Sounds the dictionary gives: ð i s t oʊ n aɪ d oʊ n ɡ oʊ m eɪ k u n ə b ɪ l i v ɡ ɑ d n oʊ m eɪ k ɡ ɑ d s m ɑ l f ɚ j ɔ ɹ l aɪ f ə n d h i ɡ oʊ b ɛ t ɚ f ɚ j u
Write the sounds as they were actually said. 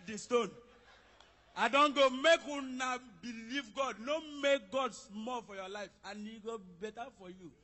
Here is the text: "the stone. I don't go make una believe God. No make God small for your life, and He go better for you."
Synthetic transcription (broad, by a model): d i s t oʊ n aɪ d oʊ n ɡ oʊ m eɪ k u n ə b ɪ l i v ɡ ɑ d n oʊ m eɪ k ɡ ɑ d s m ɑ l f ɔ j ɔ l aɪ f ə n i ɡ oʊ b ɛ t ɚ f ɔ j u